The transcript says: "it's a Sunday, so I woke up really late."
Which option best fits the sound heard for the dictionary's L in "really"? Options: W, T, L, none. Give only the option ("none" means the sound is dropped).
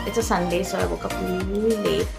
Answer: none